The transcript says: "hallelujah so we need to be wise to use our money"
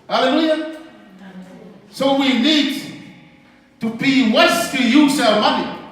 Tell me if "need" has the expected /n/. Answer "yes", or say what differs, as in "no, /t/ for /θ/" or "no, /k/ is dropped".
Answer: yes